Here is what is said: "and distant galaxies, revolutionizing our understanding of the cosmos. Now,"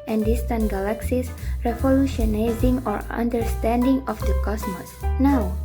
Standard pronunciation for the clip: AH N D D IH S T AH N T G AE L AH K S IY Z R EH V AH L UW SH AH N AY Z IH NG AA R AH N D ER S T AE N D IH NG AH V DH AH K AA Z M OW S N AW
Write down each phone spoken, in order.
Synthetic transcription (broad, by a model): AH N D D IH S T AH N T G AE L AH K S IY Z R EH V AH L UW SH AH N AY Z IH NG AA R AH N D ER S T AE N D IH NG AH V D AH K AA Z M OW S N AW